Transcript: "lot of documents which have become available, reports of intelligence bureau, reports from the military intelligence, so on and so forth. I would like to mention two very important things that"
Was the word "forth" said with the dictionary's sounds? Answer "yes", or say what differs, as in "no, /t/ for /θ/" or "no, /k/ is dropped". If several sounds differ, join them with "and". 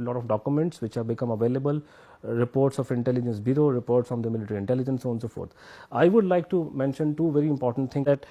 no, /t/ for /θ/